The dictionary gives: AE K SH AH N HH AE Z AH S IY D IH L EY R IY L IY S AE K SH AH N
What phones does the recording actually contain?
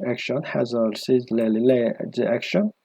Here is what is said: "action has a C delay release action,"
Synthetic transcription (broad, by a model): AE K SH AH N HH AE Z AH S IY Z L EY L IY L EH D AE K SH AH N